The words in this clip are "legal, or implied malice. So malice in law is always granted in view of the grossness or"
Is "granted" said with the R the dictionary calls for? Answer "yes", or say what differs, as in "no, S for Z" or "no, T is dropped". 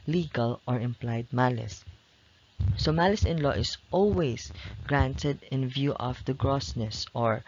yes